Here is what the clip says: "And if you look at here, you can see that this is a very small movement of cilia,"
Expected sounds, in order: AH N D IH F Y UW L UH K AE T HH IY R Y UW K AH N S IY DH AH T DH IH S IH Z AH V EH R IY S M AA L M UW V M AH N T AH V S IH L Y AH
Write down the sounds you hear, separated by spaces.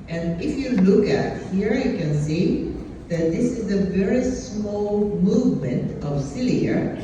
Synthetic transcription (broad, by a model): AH N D IH F Y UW L UH K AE T HH IY R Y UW K AH N S IY DH AH T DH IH S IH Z AH V EH R IY S M AA L M UW V M AH N T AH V S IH L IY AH